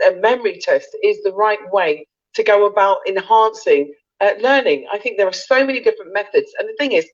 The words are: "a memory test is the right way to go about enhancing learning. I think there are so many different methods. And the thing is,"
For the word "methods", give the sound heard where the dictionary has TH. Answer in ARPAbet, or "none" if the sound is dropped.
TH